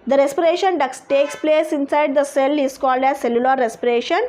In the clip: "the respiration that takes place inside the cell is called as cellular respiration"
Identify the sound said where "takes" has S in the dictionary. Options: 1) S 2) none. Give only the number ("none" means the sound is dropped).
1